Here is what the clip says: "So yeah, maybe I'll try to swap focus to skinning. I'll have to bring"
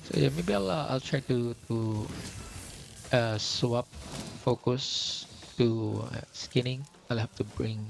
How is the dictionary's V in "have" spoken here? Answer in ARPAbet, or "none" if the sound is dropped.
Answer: F